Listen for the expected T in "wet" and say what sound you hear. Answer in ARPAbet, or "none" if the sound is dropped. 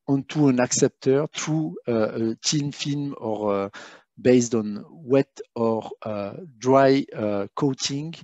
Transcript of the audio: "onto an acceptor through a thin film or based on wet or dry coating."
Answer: T